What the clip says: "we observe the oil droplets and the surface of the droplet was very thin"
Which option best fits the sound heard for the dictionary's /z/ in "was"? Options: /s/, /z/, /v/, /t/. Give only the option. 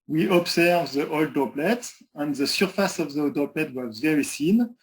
/z/